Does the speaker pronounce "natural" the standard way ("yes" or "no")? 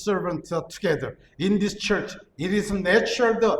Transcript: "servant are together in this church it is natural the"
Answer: no